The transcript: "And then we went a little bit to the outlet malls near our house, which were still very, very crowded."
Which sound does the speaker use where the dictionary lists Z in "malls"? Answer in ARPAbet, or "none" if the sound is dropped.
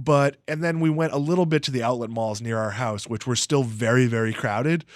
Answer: Z